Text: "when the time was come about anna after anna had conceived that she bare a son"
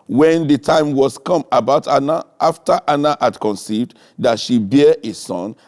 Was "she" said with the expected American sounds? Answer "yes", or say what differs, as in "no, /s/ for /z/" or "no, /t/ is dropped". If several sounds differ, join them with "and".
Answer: yes